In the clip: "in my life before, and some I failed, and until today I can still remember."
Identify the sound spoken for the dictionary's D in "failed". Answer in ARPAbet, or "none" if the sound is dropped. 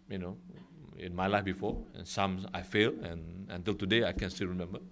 none